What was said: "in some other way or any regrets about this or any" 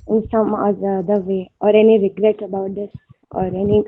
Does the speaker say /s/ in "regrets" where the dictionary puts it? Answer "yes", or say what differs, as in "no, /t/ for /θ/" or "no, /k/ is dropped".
no, /s/ is dropped